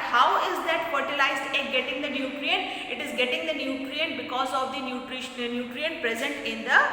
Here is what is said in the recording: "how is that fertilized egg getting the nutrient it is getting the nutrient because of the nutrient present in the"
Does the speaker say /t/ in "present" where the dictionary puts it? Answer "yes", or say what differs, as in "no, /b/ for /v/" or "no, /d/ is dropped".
yes